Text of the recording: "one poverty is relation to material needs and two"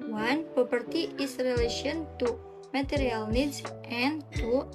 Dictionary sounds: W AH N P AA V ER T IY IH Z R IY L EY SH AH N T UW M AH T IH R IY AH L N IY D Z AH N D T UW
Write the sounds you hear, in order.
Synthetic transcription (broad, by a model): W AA N P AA P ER T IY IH S R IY L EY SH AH N T UW M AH T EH R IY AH L N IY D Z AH N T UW